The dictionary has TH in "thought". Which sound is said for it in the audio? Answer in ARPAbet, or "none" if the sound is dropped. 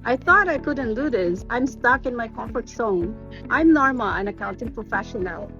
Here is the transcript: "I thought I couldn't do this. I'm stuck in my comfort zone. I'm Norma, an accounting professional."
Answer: TH